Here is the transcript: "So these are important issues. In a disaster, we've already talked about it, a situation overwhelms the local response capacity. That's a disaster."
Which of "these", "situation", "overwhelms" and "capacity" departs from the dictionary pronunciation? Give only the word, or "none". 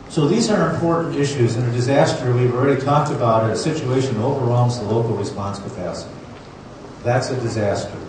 capacity